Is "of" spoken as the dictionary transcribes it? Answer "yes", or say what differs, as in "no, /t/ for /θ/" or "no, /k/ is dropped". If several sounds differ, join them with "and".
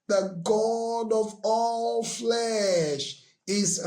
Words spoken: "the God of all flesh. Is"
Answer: yes